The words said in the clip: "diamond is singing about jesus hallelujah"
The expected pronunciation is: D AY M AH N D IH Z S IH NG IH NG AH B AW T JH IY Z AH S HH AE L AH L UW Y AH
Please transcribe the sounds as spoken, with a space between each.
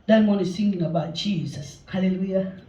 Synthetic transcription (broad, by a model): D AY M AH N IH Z TH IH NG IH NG AH B AW T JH IY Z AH S HH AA L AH L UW Y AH